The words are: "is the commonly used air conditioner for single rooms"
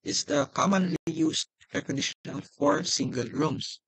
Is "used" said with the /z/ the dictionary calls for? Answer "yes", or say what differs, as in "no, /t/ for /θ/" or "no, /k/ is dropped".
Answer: no, /s/ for /z/